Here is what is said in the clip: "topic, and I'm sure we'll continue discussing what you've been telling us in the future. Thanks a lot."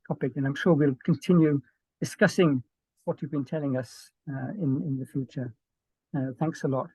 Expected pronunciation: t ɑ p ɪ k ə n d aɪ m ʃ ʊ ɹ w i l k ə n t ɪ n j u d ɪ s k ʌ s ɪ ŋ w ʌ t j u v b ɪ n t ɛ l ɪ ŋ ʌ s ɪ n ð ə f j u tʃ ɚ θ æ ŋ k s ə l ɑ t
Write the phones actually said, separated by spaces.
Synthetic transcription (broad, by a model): t ɑ p ɪ k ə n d aɪ m ʃ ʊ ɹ w i l k ə n t ɪ n j u d ɪ s k ʌ s ɪ ŋ w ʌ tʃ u v b ɪ n t ɛ l ɪ ŋ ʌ s ɪ n ð ə f j u tʃ ɚ θ æ ŋ k s ə l ɑ t